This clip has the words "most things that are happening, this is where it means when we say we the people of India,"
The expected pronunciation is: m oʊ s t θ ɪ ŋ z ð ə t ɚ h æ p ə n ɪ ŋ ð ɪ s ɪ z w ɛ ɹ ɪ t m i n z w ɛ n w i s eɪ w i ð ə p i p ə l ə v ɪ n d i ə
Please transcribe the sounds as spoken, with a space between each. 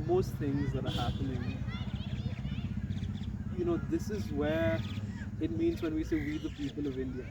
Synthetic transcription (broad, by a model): m oʊ s t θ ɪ ŋ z ð ə t ɚ h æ p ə n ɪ ŋ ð ɪ s ɪ z w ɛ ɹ ɪ t m i n z w ɛ n w i s eɪ w i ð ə p i p ə l ə v ɪ n d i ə